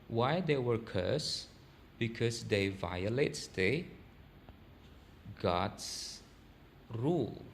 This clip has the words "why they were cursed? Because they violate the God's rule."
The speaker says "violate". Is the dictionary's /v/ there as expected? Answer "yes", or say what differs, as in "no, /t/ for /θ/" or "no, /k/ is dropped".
yes